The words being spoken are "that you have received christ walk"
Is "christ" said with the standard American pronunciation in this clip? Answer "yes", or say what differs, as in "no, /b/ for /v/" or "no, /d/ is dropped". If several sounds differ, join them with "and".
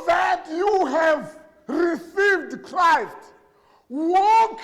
yes